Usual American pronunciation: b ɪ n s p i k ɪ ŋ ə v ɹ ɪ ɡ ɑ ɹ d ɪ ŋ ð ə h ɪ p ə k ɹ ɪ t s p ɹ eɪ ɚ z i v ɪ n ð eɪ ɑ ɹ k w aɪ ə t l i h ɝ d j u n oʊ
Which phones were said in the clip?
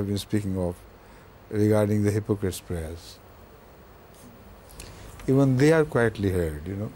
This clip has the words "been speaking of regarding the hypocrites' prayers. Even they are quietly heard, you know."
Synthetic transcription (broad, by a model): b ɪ n s p i k ɪ ŋ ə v ɹ ɪ ɡ ɑ ɹ d ɪ ŋ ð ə h ɪ p ə k ɹ ɪ t s p ɹ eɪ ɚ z i v ɪ n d eɪ ɑ ɹ k w aɪ ə t l i h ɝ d j u n oʊ